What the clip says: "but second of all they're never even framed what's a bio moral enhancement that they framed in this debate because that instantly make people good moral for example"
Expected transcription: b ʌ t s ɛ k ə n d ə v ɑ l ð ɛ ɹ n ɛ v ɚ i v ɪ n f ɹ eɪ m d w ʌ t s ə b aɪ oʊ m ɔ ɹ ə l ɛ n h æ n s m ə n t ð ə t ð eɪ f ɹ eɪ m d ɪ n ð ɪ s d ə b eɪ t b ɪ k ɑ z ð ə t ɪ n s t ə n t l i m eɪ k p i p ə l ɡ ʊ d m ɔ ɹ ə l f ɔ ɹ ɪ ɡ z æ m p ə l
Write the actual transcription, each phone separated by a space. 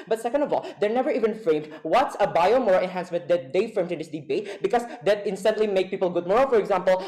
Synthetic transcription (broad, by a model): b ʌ t s ɛ k ə n d ə v ɑ l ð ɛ ɹ n ɛ v ɚ i v ɪ n f ɹ eɪ m d w ʌ t s ə b aɪ oʊ m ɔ ɹ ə ɛ n h æ n s m ə n t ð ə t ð eɪ f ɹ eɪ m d ɪ n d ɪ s d ə b eɪ t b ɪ k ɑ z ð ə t ɪ n s t ə n t l i m eɪ k p i p ə l ɡ ʊ d m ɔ ɹ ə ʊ f ɔ ɹ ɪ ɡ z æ m p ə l